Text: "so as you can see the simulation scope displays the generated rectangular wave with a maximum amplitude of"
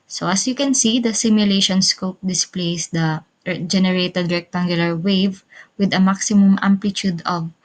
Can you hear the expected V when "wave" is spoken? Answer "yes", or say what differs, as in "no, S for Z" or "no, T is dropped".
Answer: yes